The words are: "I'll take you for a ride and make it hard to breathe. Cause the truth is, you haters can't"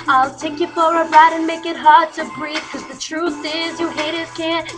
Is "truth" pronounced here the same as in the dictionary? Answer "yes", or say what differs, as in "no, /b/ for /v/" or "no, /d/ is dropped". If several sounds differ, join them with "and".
yes